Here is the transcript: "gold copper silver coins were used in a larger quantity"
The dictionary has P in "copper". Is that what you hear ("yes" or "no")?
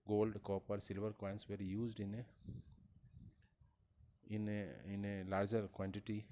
yes